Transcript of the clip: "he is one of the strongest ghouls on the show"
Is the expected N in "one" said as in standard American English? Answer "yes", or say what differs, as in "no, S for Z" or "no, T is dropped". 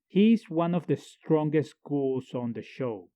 yes